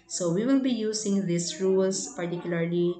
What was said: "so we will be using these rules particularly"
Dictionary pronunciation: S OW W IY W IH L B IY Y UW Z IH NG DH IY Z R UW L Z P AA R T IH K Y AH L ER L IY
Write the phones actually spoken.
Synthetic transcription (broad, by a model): S OW W IY W IH L B IY Y UW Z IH NG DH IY S R UW L S P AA R T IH K Y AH L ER L IY